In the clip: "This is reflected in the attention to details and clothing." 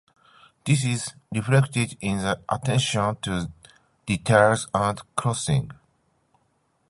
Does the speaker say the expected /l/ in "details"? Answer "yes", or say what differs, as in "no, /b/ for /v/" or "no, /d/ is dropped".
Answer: no, /l/ is dropped